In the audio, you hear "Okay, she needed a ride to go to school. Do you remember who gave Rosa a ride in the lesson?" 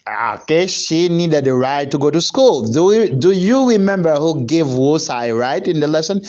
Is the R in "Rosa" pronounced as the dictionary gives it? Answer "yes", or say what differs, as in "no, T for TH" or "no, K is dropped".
no, W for R